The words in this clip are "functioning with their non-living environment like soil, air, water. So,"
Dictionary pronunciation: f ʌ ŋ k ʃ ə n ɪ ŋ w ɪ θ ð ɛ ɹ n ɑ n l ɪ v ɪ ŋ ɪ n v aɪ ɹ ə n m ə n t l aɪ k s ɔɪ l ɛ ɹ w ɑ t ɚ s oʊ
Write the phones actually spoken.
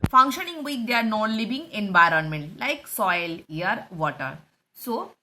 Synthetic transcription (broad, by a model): f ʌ ŋ k ʃ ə n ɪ ŋ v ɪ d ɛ ɹ n ɑ n l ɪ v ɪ ŋ ɪ n v aɪ ɹ ə n m ə n t l aɪ k s ɔɪ l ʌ ɹ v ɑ t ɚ s oʊ